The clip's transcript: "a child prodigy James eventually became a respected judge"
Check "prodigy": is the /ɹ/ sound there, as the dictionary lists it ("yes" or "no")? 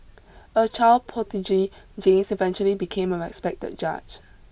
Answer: no